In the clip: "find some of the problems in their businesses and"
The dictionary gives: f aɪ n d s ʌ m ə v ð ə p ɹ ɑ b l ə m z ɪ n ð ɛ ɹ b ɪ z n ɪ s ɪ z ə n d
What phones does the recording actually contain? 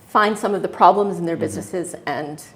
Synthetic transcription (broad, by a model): f aɪ n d s ʌ m ə v ð ə p ɹ ɑ b l ə m z n ð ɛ ɹ b ɪ z n ɪ s ɪ z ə n